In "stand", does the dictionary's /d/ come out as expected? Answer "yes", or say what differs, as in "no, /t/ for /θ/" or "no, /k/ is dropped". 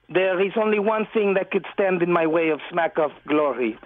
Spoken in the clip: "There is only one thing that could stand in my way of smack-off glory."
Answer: yes